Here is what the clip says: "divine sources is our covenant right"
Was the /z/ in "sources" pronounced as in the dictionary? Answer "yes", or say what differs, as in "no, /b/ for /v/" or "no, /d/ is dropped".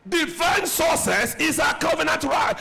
no, /s/ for /z/